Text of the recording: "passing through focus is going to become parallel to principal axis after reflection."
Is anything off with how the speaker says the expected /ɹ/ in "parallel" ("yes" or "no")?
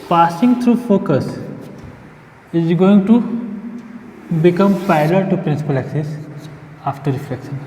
yes